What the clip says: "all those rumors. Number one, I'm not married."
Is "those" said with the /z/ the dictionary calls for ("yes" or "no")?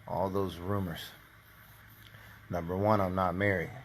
yes